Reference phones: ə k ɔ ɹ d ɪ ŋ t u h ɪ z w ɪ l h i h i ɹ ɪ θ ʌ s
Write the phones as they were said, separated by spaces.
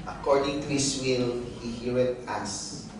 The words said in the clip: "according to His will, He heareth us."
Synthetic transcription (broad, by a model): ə k ɔ ɹ d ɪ ŋ t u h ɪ s w ɪ l h i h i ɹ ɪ t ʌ s